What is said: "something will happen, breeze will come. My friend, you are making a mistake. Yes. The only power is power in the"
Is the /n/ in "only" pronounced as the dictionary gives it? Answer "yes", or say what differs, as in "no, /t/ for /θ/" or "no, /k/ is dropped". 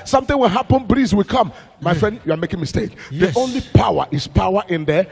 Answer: yes